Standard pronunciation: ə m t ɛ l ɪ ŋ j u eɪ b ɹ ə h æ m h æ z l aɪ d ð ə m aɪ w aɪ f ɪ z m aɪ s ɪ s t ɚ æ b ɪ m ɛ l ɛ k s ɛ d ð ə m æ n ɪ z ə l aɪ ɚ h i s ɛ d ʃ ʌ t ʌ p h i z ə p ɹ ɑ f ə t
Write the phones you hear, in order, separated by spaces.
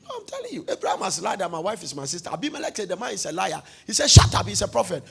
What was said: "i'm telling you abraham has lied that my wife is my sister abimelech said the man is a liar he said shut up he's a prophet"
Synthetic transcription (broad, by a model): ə m t ɛ l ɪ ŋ j u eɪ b ɹ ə h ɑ m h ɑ s l aɪ d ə m aɪ w aɪ f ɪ s m aɪ s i s t æ b ɪ m ɛ l ɛ k s ɛ d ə m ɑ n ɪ s ə l aɪ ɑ h i s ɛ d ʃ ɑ t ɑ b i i s ə p ɹ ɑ f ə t